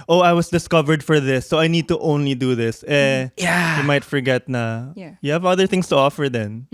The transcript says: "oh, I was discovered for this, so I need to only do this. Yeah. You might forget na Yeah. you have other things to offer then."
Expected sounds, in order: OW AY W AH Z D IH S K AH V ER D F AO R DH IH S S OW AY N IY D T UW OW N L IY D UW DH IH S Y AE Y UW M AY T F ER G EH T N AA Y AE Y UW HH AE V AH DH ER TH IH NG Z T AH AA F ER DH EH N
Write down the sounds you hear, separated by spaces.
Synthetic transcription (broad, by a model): OW AY W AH S D IH S K AH V ER D F AO R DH IH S S OW AY N IY D T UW OW N L IY D UW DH IH S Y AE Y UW M AY T F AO G EH T N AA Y Y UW HH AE V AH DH ER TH IH NG S T AH AA F ER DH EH N